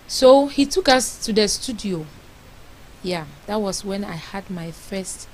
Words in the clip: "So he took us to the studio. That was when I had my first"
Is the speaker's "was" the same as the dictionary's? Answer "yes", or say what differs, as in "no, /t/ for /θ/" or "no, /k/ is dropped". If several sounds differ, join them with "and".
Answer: no, /s/ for /z/